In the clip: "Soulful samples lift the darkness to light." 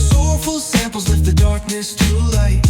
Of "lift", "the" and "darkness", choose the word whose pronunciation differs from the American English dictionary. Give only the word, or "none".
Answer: lift